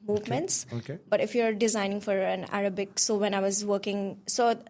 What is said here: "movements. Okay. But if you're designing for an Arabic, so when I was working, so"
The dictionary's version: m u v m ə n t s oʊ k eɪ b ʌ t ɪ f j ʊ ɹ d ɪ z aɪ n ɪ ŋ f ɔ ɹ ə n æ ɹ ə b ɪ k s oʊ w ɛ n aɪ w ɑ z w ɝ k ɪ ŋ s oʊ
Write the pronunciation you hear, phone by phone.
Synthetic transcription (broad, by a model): m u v m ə n t s oʊ k eɪ b ʌ t ɪ f j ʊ ɹ d ɪ z aɪ n ɪ ŋ f ɔ ɹ ə n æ ɹ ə b ɪ k s oʊ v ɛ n aɪ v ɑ z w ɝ k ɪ ŋ s oʊ